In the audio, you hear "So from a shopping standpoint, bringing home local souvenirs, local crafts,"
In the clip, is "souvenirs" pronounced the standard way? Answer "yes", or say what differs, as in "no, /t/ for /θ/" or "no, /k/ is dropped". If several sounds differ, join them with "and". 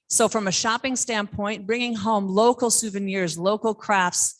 yes